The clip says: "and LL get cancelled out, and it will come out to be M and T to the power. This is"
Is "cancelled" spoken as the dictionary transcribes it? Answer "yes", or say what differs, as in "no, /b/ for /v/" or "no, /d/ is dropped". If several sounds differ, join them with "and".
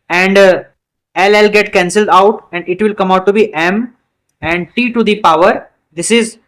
yes